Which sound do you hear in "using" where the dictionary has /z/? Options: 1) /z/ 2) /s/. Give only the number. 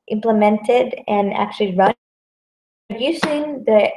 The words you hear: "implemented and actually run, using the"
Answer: 2